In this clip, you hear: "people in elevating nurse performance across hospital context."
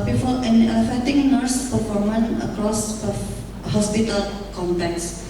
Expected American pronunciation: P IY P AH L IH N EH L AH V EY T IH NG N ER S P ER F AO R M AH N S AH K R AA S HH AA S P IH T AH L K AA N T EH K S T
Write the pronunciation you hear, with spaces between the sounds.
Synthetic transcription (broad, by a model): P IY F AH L IH N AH F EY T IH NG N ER S P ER F AO R M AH N AH K R AA S HH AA S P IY T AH L K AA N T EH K S